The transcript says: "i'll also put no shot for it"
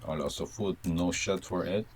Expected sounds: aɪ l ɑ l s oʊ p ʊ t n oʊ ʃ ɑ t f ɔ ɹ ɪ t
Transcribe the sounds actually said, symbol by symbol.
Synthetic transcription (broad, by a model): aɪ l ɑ s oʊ f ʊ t n oʊ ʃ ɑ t f ɔ ɹ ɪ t